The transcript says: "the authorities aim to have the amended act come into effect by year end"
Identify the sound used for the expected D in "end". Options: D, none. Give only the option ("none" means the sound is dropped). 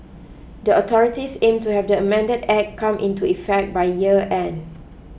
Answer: none